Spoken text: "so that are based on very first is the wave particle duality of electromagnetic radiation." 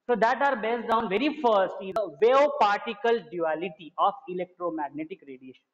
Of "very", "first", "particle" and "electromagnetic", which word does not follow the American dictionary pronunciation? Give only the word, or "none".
none